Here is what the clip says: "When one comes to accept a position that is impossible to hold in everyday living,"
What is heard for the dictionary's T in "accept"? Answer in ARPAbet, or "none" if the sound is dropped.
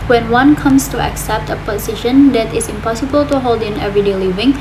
T